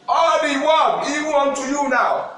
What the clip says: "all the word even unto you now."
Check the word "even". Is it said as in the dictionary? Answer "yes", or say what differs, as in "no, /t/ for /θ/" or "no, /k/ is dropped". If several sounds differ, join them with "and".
no, /w/ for /v/ and /n/ is dropped